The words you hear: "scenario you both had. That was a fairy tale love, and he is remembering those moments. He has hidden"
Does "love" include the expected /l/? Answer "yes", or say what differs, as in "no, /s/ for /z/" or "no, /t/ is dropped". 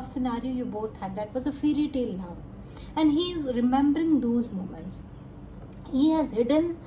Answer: no, /n/ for /l/